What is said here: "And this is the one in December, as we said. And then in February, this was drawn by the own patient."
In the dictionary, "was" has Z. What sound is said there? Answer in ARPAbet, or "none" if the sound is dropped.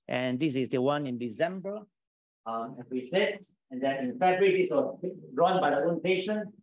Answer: S